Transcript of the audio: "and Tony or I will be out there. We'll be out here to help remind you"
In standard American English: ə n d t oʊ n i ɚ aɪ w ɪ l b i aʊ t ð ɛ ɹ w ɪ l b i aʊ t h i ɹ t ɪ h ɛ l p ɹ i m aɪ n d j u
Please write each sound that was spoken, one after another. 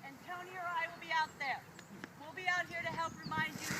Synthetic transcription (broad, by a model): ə n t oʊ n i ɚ aɪ w ɪ l b i aʊ t ð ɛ ɹ w ɪ l b i aʊ t h i ɹ t ɪ h ɛ l p ɹ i m aɪ n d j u